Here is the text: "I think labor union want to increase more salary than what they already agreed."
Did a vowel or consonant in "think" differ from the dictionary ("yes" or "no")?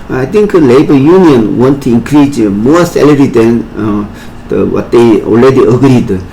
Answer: yes